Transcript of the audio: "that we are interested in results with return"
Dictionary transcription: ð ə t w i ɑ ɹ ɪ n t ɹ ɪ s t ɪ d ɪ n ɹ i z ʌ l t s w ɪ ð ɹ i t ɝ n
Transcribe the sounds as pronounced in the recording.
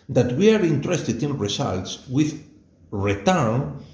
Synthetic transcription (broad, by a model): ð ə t w i ɑ ɹ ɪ n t ɹ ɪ s t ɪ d ɪ n ɹ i s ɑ l t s w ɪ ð ɹ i t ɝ n